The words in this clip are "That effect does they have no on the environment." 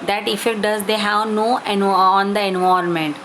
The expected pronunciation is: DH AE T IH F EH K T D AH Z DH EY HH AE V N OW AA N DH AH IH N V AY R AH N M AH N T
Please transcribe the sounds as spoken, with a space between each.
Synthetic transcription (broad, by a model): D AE T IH F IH T D AH Z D EY HH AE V N OW AA N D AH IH N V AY R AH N M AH N T